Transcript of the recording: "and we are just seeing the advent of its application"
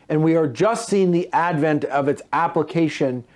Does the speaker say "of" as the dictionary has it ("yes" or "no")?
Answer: yes